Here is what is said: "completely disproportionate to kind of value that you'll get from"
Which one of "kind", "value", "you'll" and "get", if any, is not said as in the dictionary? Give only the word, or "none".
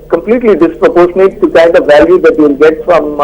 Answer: you'll